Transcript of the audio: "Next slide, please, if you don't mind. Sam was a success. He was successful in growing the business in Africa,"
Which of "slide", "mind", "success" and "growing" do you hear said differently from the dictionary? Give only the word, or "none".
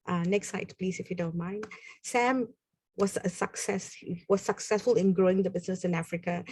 slide